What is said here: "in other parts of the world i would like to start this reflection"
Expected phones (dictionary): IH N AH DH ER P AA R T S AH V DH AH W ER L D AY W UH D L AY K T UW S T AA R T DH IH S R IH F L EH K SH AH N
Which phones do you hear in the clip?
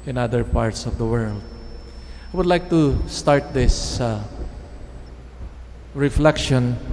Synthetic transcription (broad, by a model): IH N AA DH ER P AA R T S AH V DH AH W ER L D AY W UH D L AY K T UW S T AA R T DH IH S R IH F L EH K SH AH N